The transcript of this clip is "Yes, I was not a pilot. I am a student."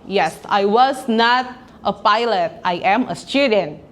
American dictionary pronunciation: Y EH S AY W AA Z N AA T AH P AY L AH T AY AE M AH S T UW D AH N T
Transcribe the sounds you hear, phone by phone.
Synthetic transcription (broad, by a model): Y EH S AY W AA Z N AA T AH P AY L AH T AY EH M AH S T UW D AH N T